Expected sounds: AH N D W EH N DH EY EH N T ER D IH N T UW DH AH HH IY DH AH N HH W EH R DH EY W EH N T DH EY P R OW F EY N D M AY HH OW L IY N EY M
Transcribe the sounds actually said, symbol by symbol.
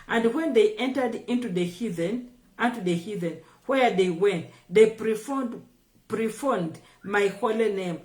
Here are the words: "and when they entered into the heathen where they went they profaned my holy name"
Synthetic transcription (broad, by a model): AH N D W EH N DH EY EH N T ER D IH N T UW DH AH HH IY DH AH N HH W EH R DH EY W EH N T DH EY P R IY F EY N D M AY HH OW L IY N EY M